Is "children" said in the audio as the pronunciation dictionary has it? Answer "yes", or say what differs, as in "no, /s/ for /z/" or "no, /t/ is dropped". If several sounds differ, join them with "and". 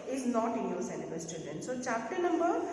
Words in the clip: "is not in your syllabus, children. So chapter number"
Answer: no, /l/ is dropped